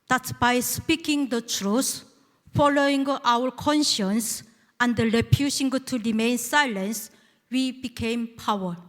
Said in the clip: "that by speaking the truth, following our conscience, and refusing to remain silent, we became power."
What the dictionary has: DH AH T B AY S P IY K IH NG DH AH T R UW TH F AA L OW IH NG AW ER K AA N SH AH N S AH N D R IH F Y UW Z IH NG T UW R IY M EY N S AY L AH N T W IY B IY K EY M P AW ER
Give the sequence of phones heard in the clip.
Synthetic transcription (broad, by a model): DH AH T B AY S P IY K IH NG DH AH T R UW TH F AA L OW IH NG AW ER K AA N SH AH N S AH N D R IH P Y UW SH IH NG T UW R IY M EY N S AY L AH N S W IY B IY K EY M P AW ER